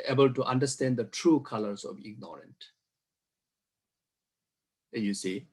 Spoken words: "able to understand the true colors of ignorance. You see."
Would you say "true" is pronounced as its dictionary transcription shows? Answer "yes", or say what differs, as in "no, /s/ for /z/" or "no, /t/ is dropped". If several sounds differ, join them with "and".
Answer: yes